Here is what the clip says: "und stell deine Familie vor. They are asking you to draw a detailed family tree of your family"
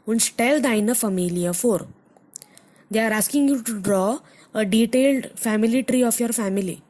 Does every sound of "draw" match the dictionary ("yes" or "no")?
yes